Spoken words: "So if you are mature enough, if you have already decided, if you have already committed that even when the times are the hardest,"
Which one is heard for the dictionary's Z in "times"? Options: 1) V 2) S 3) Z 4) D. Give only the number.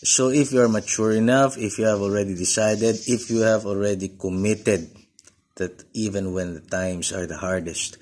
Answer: 2